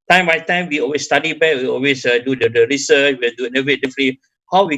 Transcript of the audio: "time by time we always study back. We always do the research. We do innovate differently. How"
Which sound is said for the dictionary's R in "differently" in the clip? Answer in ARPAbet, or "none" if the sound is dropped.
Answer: none